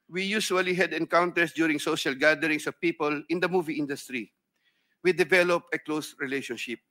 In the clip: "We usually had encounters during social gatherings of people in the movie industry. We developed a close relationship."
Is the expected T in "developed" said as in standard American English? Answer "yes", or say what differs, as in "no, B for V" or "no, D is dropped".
no, T is dropped